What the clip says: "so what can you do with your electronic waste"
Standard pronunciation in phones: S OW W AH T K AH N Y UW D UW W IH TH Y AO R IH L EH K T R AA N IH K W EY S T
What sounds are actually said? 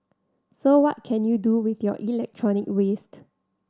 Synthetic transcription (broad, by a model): S OW W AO T K AH N Y UW D UW W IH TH Y AO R IH L EH K T R AA N IH K W EY S T